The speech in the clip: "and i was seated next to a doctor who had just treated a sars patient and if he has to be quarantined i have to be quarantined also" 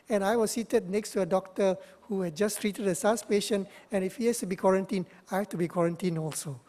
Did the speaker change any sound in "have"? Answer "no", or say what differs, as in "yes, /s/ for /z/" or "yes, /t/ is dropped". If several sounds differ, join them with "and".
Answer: yes, /f/ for /v/